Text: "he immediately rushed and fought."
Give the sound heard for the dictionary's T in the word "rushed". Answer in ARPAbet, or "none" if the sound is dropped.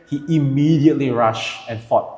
none